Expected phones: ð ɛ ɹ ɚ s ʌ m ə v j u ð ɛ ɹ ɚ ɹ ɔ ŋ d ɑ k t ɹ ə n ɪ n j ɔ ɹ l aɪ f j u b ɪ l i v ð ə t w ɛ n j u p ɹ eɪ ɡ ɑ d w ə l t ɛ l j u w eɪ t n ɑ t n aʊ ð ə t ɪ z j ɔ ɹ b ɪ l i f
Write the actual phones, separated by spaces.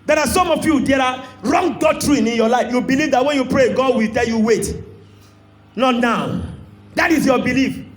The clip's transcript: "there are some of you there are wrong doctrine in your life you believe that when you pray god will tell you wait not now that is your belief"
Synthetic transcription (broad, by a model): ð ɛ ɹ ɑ s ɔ m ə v j u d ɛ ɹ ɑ ɹ ɔ ŋ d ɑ t ɹ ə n ɪ n j ɔ l aɪ f j u b ɪ l i v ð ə t w ɛ n j u p ɹ eɪ ɡ ɑ d w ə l t ɛ l j u w eɪ t n ɑ t n aʊ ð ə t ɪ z j ɔ b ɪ l i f